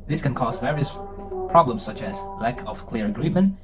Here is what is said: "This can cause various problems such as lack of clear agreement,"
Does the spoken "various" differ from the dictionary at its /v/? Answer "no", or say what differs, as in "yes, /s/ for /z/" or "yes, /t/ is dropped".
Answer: no